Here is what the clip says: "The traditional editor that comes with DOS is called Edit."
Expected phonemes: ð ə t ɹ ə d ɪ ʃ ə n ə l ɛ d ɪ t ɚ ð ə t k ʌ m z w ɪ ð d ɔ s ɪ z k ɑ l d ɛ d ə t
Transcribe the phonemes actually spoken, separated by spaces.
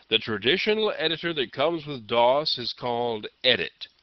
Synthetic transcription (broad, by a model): ð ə t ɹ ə d ɪ ʃ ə n l ɛ d ɪ t ɚ ð ə t k ʌ m z w ɪ ð d ɔ s ɪ z k ɑ l d ɛ d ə t